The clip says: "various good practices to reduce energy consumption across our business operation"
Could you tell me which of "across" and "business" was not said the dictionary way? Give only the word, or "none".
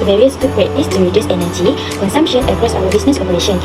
business